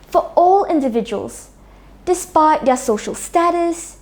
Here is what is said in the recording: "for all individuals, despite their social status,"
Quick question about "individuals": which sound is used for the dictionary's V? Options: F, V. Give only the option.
V